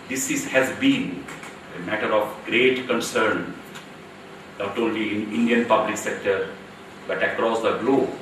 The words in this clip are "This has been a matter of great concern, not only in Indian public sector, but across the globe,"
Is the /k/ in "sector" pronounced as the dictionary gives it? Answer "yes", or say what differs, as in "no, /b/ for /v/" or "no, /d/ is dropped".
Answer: yes